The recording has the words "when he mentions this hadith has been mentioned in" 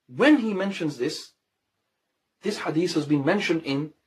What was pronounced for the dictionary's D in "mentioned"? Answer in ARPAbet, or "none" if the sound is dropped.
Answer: D